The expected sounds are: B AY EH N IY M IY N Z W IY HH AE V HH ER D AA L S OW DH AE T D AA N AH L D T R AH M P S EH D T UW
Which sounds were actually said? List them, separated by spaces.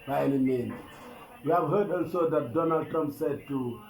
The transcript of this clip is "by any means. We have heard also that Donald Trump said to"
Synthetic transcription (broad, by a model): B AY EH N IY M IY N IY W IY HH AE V HH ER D AA L S OW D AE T D AA N AH L D T R AH M P S EH D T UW